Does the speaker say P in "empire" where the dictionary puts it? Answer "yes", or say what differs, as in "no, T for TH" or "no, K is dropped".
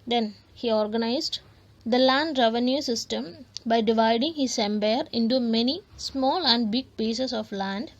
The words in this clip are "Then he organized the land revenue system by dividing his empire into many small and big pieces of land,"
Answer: no, B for P